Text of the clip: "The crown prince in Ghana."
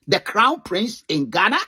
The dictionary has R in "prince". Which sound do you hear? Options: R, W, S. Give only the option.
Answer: R